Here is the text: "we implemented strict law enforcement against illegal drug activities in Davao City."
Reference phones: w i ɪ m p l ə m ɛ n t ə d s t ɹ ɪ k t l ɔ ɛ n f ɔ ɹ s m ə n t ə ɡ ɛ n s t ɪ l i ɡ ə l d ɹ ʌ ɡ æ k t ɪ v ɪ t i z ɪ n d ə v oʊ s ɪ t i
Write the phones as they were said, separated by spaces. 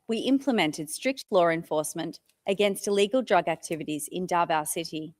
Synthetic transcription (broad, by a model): w i ɪ m p l ə m ɛ n t ə d s t ɹ ɪ k t l ɔ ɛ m f ɔ ɹ s m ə n t ə ɡ ɛ n s t ɪ l i ɡ ə l d ɹ ʌ ɡ æ k t ɪ v ɪ t i z ɪ n d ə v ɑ s ɪ t i